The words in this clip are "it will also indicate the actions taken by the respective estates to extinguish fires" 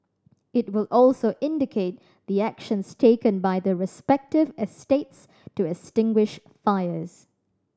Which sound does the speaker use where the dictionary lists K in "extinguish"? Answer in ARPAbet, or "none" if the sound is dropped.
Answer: none